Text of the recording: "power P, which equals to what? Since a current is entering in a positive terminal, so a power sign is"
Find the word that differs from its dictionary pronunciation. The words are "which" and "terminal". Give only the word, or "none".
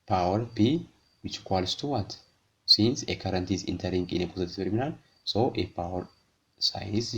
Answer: terminal